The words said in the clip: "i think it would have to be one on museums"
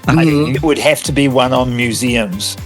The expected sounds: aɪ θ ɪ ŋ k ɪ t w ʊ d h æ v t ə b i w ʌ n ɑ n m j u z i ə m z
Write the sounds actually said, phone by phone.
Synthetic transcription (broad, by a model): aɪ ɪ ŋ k ɪ t w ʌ d h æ f t ə b i w ʌ n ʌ n m j u z i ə m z